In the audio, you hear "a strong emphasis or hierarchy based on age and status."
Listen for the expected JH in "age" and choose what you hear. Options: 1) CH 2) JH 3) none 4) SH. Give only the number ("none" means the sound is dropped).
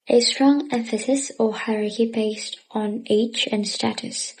1